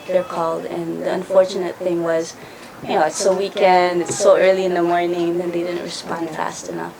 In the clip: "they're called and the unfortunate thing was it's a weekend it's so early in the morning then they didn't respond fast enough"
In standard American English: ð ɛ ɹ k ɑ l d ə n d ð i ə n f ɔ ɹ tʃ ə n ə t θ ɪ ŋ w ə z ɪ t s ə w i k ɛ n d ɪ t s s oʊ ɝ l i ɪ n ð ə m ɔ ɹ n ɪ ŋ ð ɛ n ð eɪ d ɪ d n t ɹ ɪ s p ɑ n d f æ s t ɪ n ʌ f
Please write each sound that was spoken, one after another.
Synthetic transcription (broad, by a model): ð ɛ ɹ k ɑ l d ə n ð i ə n f ɔ ɹ tʃ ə n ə t θ ɪ ŋ w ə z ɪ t s ə w i k ɛ n d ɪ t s s oʊ ɝ l i ɪ n ð ə m ɔ ɹ n ɪ ŋ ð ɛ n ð eɪ d ɪ d n t ɹ ɪ s p ɑ n d f æ s t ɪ n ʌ f